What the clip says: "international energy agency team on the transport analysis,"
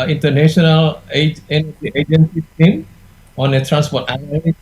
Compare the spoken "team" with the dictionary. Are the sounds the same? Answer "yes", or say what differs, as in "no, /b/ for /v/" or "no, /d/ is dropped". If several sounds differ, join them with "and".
no, /s/ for /t/